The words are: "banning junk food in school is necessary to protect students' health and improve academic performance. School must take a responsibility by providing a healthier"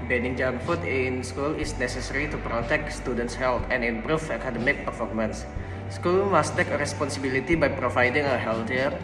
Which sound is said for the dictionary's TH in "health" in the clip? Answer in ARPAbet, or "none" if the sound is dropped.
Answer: T